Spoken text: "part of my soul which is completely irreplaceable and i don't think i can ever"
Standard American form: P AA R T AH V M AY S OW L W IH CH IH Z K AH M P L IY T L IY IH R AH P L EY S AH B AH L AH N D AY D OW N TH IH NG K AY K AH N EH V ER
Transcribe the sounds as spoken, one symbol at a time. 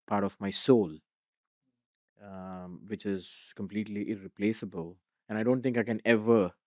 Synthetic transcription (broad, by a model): P AA R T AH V M AY S OW L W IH CH IH Z K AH M P L IY T L IY IH R AH P L EY S AH B AH L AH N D AY D OW N T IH NG K AY K AH N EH V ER